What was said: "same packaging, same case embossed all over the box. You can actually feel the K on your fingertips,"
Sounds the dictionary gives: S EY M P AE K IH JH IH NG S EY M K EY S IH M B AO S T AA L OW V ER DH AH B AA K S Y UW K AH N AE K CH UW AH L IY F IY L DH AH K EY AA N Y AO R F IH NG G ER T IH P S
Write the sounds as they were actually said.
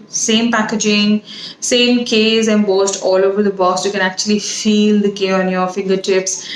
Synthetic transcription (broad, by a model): S EY M P AE K IH JH IH NG S EY M K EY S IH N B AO S T AA L OW V ER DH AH B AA S Y UW K AH N AE K CH UW AH L IY F IY L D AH K EY AA N Y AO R F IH NG G ER T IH P S